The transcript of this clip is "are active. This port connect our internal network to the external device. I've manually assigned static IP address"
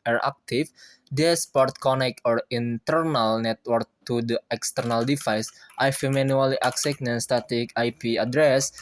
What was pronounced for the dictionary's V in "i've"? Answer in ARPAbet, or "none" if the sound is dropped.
F